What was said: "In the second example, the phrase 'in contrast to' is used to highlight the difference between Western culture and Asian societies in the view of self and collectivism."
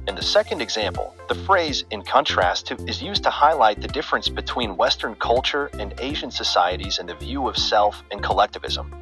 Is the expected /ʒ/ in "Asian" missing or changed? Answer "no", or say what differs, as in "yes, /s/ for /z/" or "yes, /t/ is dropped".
no